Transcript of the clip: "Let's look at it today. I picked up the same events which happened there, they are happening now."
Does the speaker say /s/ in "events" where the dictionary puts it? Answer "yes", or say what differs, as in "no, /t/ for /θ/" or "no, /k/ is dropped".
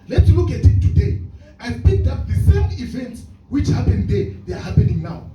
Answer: yes